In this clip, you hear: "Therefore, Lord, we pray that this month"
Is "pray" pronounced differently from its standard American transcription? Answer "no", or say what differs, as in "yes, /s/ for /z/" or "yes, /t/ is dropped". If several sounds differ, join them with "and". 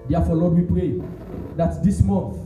no